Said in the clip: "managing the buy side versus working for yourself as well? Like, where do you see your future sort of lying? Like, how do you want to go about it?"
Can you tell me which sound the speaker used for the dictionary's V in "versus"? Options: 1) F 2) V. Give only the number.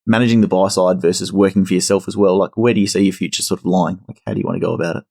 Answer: 2